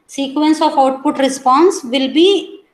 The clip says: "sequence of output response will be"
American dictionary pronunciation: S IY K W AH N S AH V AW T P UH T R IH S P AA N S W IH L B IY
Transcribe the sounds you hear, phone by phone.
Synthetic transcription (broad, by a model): S IY K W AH N S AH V AW T P UH T R IH S P AA N S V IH L B IY